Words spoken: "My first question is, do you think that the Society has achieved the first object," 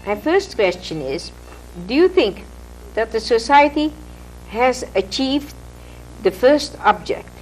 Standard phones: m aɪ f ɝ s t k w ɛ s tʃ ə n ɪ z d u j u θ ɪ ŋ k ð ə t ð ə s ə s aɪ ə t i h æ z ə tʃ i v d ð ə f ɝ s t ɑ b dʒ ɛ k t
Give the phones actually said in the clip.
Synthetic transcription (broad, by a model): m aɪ f ɝ s t k w ɛ s tʃ ə n ɪ z d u j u θ ɪ ŋ k ð ə t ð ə s ə s aɪ ə t i h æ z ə tʃ i v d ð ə f ɝ s t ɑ b dʒ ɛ k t